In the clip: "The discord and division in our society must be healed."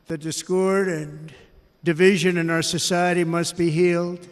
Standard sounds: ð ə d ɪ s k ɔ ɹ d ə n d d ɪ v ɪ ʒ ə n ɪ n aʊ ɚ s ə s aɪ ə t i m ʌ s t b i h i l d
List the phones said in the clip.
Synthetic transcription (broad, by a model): ð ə d ɪ s k ɔ ɹ d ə n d d ɪ v ɪ ʒ ə n ɪ n aʊ ɚ s ə s aɪ ə t i m ʌ s t b i h i l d